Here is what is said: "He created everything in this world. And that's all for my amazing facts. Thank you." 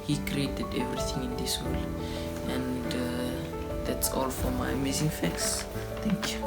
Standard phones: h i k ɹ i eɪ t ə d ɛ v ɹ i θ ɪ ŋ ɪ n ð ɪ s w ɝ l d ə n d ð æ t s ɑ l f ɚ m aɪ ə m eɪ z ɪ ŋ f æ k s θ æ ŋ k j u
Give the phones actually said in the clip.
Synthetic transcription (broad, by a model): h i k ɹ i eɪ t ə d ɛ v ɹ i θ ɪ ŋ ɪ n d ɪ s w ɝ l ə n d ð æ t s ɑ l f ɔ m aɪ ə m eɪ z ɪ ŋ f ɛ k s t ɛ ŋ k j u